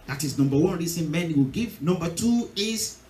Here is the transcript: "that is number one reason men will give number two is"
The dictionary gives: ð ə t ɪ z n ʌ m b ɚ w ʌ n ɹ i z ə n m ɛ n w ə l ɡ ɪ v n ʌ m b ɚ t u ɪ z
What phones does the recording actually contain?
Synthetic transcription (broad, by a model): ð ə t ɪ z n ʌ m b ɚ w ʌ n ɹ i s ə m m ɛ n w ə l ɡ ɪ v n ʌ m b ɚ t u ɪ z